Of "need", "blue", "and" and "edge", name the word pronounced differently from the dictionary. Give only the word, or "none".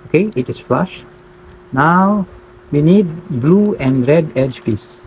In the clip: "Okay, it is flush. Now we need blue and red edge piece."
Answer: none